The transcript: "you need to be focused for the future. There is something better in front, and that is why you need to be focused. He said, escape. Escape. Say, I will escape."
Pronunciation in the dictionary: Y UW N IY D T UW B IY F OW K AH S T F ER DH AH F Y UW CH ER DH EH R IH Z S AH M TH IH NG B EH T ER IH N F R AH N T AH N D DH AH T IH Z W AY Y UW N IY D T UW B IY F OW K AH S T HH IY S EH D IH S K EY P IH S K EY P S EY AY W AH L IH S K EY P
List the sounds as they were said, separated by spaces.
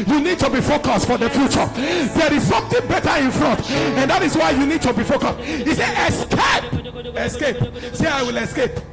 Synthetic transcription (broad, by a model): Y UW N IY D T UW B IY F OW K AH S T F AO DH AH F Y UW CH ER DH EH R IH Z S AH M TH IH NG B EH T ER IH N F R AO N T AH N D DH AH T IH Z W AY Y UW N IY D T UW B IY F OW K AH S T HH IY S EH IH S K EY P IH S K EY P S EY AY W AH L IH S K EY P